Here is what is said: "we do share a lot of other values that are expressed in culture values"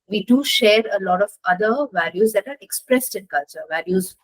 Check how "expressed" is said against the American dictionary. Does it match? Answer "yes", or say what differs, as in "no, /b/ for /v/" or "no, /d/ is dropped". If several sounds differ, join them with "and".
yes